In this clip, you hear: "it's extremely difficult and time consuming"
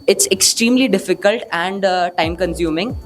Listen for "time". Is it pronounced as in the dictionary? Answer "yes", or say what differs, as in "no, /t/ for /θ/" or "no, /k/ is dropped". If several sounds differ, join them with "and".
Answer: yes